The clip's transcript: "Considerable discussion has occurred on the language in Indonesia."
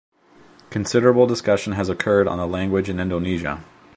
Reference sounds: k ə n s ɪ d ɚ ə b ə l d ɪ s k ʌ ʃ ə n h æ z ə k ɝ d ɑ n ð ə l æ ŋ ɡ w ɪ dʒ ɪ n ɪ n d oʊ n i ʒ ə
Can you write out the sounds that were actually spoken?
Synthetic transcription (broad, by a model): k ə n s ɪ d ɚ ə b l d ɪ s k ʌ ʃ ə n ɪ z ə k ɝ d n ð ə l æ ŋ ɡ w ɪ dʒ ɪ n ɪ n d oʊ n i ʒ ə